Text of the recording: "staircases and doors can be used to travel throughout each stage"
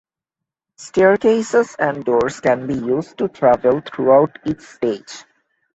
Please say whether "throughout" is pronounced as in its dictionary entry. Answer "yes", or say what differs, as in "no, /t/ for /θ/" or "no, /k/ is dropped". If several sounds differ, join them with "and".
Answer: no, /t/ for /θ/